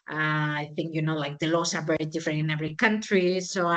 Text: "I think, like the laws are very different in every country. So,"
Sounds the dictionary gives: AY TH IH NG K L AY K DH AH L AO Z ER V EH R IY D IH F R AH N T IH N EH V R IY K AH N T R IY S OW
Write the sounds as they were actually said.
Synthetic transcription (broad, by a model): AY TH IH NG K L AY K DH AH L AO S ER B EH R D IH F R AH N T IH N EH V R IY K AH N T R IY S OW